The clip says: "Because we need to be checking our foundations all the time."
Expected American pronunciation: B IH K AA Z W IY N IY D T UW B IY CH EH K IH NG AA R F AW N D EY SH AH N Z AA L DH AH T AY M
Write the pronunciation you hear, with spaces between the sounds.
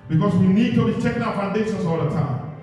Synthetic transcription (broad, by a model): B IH K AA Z W IY N IY D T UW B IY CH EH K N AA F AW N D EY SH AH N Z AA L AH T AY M